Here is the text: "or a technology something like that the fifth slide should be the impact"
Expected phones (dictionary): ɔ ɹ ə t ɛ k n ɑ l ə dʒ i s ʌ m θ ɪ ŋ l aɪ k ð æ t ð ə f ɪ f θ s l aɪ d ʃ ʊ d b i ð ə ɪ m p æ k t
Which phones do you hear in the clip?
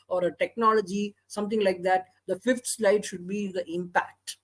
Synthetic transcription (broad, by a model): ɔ ɹ ə t ɛ k n ɑ l ə dʒ i s ʌ m t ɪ ŋ l aɪ k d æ t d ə f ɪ f t s l aɪ d ʃ ʊ d b i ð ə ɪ m p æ k t